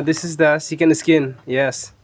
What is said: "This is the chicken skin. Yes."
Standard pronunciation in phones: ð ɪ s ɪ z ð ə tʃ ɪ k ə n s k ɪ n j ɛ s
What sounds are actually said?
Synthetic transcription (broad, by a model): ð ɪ s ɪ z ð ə s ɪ k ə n s k ɪ n j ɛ s